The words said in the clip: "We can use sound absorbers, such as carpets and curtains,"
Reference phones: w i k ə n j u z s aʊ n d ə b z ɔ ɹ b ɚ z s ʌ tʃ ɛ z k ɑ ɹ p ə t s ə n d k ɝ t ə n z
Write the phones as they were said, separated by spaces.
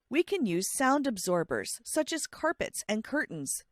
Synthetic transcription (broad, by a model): w i k ə n j u z s aʊ n d ə b z ɔ ɹ b ɚ z s ʌ tʃ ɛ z k ɑ ɹ p ə t s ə n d k ɝ t n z